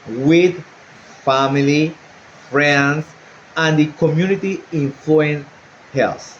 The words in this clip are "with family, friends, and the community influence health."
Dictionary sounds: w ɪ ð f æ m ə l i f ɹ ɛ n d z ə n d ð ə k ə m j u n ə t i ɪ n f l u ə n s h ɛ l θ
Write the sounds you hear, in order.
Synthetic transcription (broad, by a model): w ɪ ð f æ m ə l i f ɹ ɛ n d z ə n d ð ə k ə m j u n ə t i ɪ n f u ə n h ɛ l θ